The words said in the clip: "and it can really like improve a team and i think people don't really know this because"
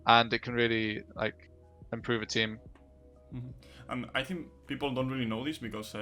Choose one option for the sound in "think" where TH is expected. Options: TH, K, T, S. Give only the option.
TH